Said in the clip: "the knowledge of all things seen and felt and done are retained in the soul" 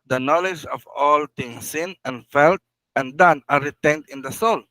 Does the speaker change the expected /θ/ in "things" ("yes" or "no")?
yes